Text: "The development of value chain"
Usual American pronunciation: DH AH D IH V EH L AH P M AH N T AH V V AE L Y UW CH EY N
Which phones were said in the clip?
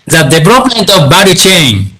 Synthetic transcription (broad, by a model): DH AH D IH V EH L AH P M AH N T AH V B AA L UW CH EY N